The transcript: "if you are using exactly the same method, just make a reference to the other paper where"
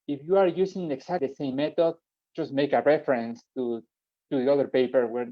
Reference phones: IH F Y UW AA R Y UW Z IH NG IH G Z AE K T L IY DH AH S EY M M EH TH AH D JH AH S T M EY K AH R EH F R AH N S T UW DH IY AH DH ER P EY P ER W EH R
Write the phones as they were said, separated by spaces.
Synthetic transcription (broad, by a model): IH F Y UW AA R Y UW S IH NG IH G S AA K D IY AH S EY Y M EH T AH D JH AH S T M EY K AH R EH F R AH N S T UW DH IY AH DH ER P EY P ER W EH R